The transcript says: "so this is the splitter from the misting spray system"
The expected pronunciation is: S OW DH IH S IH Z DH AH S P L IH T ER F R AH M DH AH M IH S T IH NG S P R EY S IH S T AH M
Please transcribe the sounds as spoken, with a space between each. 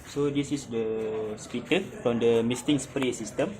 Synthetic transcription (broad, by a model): S OW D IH S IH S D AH S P IY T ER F R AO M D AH M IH S T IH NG S P R EY S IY S T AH M